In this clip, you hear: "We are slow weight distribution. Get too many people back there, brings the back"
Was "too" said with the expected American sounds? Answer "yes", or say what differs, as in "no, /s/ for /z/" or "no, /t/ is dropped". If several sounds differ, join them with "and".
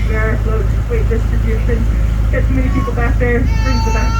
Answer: no, /s/ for /t/